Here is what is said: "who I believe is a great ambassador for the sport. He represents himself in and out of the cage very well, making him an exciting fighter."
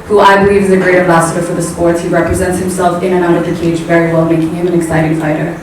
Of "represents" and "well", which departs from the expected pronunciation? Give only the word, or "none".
none